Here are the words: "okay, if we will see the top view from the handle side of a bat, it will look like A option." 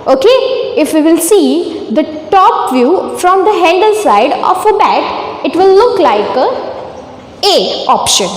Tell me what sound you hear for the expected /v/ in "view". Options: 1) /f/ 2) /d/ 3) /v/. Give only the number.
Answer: 3